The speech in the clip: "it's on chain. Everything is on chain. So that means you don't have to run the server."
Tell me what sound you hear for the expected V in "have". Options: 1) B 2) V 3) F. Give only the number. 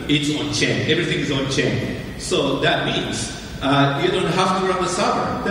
3